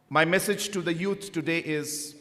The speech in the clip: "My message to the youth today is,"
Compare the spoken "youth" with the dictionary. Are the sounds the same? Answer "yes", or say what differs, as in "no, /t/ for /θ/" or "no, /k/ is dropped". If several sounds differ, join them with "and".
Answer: no, /t/ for /θ/